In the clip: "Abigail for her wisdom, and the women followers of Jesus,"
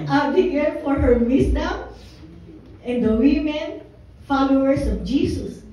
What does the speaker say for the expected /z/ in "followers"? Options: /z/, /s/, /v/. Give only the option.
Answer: /s/